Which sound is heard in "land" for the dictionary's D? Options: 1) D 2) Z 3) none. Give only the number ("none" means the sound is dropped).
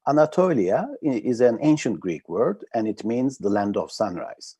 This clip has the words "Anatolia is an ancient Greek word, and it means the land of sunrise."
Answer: 1